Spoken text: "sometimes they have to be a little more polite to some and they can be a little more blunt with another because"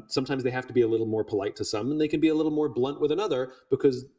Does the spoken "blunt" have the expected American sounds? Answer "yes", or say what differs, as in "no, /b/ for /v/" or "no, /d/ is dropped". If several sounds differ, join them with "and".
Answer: yes